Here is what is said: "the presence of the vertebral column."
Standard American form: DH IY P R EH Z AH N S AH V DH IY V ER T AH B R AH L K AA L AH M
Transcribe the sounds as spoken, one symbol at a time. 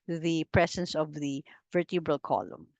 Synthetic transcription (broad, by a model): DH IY P R EH S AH N S AH V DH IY V ER T AH B R AH L K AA L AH M